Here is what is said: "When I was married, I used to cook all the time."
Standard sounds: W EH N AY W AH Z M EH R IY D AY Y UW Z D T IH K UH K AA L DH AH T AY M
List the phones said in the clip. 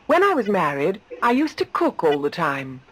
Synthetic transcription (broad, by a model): W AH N AY W AH Z M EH R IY D AY Y UW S T IH K UH K AA L DH AH T AY M